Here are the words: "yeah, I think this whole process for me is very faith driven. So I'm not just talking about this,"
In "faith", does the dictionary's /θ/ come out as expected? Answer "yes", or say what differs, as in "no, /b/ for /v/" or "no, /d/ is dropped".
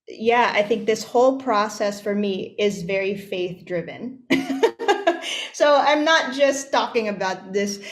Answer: yes